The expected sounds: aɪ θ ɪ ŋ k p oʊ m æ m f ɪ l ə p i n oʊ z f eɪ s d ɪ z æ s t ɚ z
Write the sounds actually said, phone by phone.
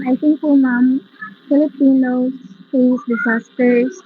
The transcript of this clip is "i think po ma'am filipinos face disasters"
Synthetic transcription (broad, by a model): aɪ t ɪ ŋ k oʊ m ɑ m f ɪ l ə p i n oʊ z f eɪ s d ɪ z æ s t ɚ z